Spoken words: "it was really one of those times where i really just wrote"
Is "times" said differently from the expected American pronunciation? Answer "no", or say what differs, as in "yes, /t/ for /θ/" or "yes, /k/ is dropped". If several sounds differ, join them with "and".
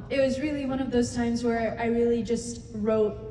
no